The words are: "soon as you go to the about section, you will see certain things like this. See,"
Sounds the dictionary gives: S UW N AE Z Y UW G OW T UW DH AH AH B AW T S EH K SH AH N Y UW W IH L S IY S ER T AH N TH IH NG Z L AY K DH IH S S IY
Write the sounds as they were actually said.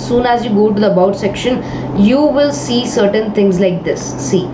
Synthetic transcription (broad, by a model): S UW N AE Z Y UW G OW T UW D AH AH B AW T S EH K SH AH N Y UW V IH L S IY S ER T AH N T IH NG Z L AY K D IH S S IY